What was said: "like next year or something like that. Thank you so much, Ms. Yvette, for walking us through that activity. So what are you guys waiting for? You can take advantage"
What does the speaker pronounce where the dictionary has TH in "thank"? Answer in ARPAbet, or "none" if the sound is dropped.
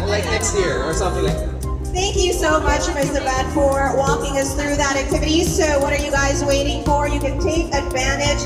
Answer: TH